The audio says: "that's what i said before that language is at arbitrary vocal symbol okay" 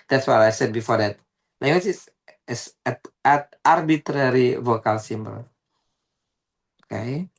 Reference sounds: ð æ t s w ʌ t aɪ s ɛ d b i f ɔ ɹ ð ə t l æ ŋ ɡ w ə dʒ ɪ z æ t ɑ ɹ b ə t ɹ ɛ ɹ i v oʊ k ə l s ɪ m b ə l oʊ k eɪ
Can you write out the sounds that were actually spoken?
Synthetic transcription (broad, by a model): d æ t s w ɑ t aɪ s ɛ d b i f ɔ ɹ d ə t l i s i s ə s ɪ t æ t ɑ ɹ b ə t ɹ ɛ ɹ i v oʊ k ə l s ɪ m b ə l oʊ k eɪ